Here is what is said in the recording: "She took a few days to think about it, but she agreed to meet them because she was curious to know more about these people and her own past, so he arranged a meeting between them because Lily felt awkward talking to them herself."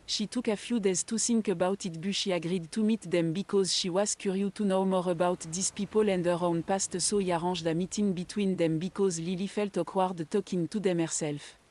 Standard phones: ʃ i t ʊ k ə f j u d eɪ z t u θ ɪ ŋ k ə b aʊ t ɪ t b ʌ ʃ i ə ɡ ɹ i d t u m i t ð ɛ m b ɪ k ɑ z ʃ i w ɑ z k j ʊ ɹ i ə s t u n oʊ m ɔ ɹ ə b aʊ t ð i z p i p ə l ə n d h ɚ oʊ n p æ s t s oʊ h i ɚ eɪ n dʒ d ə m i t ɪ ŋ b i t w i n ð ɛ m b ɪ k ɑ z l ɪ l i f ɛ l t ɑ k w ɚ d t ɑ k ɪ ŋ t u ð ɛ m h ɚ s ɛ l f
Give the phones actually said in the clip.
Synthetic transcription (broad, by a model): ʃ i t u k ə f j u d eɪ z t u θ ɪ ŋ k ə b aʊ t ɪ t b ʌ ʃ i ə ɡ ɹ i d t u m i t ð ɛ m b ɪ k ɑ z ʃ i w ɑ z k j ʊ ɹ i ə t u n oʊ m ɔ ɹ ə b aʊ t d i s p i p ə l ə n d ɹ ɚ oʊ n p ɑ s t s oʊ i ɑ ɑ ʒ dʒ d ə m i t ɪ ŋ b i t w i n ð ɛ m b ɪ k ɑ z l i l i f ɛ l t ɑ k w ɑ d t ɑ k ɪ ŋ t u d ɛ m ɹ s ɛ l f